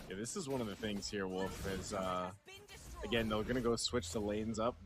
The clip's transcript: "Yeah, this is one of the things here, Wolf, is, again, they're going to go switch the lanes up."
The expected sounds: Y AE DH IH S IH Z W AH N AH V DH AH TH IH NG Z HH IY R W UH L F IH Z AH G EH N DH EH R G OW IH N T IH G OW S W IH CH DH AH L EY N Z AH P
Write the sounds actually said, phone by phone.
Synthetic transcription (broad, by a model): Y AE DH IH S IH Z W AH N AH V DH AH TH IH NG Z HH IY R W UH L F IH Z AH G EH N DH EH W G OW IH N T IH G OW S W IH CH DH AH L EY N Z AH P